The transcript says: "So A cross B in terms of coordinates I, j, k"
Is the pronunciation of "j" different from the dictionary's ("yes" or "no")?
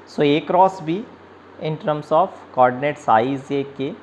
yes